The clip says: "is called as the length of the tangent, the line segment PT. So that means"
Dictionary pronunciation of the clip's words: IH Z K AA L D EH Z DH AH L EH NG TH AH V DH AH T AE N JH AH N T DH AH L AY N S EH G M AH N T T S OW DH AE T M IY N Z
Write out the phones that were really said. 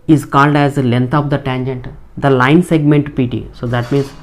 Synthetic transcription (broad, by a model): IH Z K AA L D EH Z L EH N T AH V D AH T AE N JH AH N T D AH L AY N S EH G M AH N T T S OW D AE T M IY N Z